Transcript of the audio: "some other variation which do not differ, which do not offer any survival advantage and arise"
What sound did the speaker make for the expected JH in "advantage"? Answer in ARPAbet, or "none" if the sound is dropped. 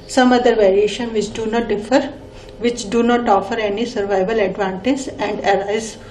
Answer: Z